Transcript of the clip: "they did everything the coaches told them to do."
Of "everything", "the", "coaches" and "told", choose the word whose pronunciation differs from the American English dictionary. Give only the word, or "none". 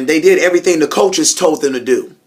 none